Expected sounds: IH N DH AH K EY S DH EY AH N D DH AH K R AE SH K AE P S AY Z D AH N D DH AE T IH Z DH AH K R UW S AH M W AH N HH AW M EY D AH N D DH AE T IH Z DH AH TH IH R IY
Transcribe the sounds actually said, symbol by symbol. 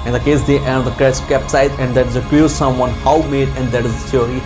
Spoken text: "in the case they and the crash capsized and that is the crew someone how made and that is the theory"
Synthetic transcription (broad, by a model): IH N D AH K EY S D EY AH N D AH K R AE S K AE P S AY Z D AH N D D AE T IH Z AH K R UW S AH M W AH N HH AW M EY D AH N D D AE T IH Z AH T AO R IY